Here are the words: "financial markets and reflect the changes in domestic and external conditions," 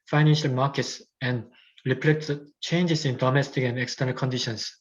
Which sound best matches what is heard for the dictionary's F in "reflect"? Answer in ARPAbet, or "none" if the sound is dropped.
P